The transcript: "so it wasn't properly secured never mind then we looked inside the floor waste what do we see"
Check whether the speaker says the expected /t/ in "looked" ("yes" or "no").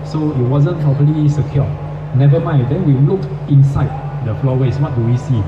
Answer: no